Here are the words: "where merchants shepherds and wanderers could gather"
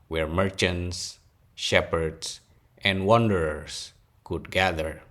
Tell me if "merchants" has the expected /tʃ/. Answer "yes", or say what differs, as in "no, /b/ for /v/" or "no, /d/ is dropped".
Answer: yes